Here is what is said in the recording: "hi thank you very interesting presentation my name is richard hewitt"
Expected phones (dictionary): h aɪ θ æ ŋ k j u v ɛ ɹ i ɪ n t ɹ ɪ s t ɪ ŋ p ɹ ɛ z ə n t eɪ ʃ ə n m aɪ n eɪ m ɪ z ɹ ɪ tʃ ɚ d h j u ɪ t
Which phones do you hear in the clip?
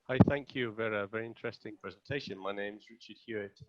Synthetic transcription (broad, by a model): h aɪ θ æ ŋ k j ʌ v ɛ ɹ i ɪ n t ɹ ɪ s t ɪ ŋ p ɹ ɛ z ə n t eɪ ʃ ə n m aɪ n eɪ m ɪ z ɹ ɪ tʃ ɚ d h j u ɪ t